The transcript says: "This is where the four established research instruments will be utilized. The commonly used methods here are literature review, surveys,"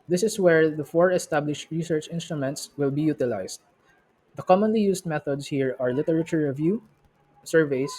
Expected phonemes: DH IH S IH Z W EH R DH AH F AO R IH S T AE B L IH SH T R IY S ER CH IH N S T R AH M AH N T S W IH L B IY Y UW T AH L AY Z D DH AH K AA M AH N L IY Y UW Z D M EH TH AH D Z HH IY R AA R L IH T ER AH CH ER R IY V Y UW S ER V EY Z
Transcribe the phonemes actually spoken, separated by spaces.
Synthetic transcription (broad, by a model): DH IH S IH S W EH R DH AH F AO R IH S T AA B L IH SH T R IY S ER CH IH N S T R AH M AH N T S W IH L B IY Y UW T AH L AY S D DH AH K AA M AH N L IY Y UW S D M EH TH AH D S HH IY R AA R L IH T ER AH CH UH R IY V Y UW S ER V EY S